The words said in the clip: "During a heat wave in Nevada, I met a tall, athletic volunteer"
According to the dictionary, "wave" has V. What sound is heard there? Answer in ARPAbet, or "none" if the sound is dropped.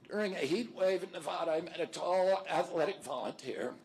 V